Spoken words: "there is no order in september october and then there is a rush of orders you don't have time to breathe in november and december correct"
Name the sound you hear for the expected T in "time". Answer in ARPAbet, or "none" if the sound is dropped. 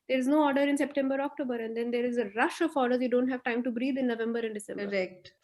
T